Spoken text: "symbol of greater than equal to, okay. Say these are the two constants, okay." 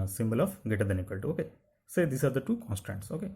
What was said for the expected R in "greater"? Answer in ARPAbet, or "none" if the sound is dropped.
none